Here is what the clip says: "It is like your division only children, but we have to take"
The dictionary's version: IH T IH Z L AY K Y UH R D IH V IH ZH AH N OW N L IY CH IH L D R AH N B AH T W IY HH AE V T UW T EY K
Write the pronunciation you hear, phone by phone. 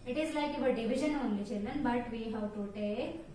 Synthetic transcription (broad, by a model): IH T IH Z L AY K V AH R D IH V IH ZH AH N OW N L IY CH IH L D L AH N B AH T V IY HH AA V T UW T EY